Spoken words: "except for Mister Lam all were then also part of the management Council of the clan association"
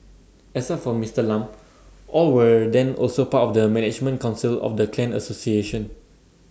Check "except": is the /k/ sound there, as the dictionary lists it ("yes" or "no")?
no